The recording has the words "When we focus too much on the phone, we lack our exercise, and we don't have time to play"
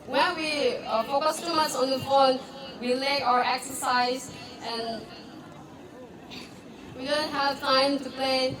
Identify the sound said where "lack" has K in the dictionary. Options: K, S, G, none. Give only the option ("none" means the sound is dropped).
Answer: none